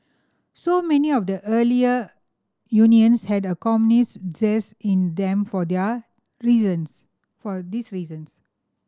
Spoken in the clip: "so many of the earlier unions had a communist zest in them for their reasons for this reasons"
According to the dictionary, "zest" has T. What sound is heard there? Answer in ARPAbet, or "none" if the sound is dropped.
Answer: none